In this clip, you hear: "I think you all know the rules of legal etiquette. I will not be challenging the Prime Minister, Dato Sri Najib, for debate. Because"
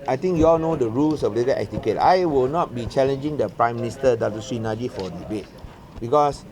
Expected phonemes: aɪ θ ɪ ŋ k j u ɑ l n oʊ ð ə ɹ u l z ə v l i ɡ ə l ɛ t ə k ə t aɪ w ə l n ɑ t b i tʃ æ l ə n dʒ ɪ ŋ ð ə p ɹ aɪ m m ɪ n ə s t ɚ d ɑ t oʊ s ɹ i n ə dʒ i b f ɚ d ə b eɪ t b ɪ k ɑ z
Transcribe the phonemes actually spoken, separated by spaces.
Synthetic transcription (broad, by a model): aɪ t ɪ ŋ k j u ɑ l n oʊ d ə ɹ u l s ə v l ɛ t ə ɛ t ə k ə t aɪ w ə l n ɑ t b i tʃ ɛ l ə n dʒ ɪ ŋ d ə p ɹ aɪ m m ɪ n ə s t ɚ d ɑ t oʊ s i n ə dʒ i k f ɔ d ə b eɪ t b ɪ k ɑ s